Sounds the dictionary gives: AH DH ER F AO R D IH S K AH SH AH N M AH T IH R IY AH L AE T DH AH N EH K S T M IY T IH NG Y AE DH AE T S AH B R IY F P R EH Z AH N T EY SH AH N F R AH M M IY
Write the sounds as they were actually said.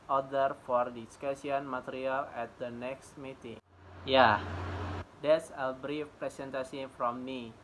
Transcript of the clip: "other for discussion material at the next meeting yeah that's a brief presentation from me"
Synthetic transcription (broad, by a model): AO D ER F AO R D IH S K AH S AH N M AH T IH R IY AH L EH T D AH N EH K S T M IY T IH NG Y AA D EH T S AH B R IY F P R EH S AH N T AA S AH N F R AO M M IY